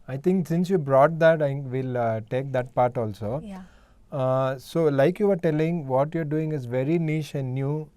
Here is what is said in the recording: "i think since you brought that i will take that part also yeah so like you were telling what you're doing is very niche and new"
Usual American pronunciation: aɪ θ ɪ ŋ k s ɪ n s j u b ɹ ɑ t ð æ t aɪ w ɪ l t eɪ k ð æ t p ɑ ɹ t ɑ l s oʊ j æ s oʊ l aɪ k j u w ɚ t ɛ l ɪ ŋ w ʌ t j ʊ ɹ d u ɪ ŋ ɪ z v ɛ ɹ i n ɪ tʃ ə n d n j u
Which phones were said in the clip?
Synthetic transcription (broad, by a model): aɪ t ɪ ŋ k s ɪ n s j u b ɹ ɑ t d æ t aɪ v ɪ l t eɪ k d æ t p ɑ ɹ t ɑ l s oʊ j s oʊ l aɪ k j u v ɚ t ɛ l ɪ ŋ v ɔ t j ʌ ɹ d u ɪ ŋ ɪ z v ɛ ɹ i n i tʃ ə n d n j u